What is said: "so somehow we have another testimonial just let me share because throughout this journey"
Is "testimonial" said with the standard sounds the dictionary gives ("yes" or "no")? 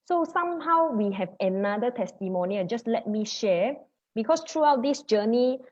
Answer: no